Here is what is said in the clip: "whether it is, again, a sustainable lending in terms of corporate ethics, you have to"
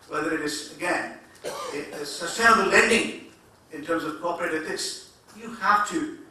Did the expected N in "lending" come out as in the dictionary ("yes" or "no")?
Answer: yes